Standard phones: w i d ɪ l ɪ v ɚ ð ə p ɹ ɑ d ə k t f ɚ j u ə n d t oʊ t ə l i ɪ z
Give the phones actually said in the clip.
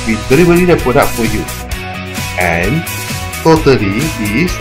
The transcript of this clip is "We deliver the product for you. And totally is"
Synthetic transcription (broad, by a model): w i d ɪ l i b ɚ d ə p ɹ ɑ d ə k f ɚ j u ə n t oʊ t ə l i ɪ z